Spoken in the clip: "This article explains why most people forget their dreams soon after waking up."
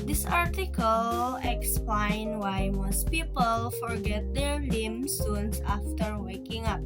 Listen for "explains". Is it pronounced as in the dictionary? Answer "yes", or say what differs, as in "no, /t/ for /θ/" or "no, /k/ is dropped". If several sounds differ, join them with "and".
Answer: no, /z/ is dropped